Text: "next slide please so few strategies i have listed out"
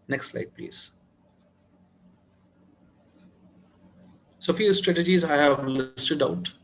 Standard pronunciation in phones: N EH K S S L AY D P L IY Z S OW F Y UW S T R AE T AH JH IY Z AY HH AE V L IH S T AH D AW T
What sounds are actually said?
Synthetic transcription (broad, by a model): N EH K S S L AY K P L IY Z S OW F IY S T R AE T AH JH IY Z AY HH AE V L IH S T AH D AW T